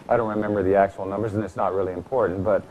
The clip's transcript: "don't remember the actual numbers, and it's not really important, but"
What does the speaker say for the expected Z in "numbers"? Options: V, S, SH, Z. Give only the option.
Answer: Z